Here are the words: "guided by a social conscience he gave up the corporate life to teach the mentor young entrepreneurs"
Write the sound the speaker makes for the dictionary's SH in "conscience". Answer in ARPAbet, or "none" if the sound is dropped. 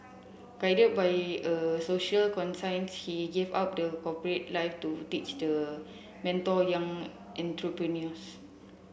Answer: S